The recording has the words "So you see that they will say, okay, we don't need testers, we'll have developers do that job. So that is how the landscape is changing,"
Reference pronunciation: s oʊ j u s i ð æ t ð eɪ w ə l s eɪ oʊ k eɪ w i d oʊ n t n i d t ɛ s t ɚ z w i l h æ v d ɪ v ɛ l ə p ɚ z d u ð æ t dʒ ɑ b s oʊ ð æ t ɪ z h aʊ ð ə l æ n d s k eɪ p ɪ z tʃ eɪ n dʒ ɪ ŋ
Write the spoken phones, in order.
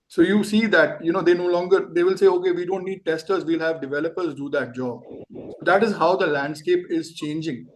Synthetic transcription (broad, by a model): s oʊ j u s i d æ t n eɪ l ə l s eɪ oʊ k eɪ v i d oʊ n t n i d t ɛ s t ɚ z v i l h æ v d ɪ v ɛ l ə p ɚ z d u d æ t dʒ ɑ b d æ t ɪ z h aʊ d ə l æ n d s k eɪ p ɪ z tʃ eɪ n dʒ ɪ ŋ